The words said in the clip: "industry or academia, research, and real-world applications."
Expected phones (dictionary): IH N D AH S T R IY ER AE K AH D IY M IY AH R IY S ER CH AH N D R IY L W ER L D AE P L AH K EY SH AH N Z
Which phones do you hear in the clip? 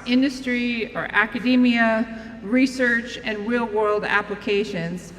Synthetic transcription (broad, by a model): IH N D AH S T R IY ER AE K AH D IY M IY AH R IY S ER CH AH N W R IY L W ER L D AE P L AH K EY SH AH N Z